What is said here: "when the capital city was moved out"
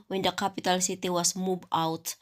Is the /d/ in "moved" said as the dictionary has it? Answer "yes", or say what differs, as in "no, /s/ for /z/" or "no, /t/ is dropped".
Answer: no, /d/ is dropped